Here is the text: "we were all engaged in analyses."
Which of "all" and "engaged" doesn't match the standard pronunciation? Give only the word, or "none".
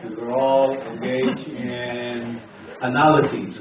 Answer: engaged